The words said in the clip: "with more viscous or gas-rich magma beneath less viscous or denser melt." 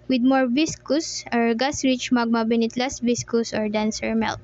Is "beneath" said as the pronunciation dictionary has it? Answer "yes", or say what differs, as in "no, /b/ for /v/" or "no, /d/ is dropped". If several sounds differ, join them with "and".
no, /t/ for /θ/